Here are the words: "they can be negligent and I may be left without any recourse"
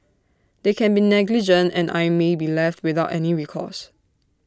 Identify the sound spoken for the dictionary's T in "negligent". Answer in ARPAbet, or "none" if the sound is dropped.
T